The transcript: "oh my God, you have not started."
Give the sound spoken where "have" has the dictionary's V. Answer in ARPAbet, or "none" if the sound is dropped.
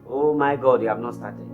B